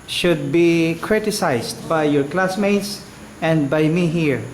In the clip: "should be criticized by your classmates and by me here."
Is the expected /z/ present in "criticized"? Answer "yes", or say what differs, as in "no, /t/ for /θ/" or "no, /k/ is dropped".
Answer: no, /s/ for /z/